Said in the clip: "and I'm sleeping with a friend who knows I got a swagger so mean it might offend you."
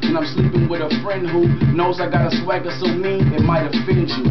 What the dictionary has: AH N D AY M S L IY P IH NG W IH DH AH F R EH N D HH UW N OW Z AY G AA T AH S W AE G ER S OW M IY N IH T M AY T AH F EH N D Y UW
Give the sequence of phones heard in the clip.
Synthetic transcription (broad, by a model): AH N AY M S L IY P IH NG W IH DH AH F R EH N D HH UW N OW Z AY G AA T AH S W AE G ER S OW M IY IH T M AY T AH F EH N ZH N